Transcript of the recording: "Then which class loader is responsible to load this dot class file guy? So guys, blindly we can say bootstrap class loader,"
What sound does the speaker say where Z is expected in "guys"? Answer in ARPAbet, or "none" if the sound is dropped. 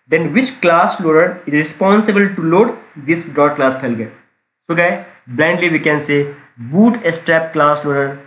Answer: none